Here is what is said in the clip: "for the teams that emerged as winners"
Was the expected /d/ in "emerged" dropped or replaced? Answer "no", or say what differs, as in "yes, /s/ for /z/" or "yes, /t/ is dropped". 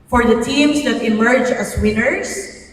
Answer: yes, /d/ is dropped